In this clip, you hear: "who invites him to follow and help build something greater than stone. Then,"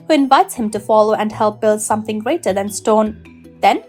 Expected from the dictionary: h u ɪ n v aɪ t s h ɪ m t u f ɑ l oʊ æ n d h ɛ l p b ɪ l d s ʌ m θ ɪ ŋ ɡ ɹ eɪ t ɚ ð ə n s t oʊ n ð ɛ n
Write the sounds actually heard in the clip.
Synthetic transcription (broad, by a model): h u ɪ n v aɪ t s h ɪ m t u f ɑ l oʊ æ n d h ɛ l p b ɪ l d s ʌ m θ ɪ ŋ ɡ ɹ eɪ t ɚ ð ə n s t oʊ n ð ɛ n